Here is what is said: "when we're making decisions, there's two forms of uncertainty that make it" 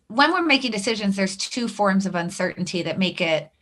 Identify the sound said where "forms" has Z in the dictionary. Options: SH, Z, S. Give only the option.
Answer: Z